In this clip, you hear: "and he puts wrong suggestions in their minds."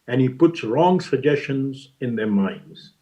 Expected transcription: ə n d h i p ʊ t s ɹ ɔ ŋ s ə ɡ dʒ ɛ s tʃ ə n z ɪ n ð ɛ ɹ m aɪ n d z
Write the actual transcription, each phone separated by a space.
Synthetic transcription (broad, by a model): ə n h i p ʊ t s ɹ ɔ ŋ s ə ɡ dʒ ɛ s tʃ ə n z ɪ n ð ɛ ɹ m aɪ n d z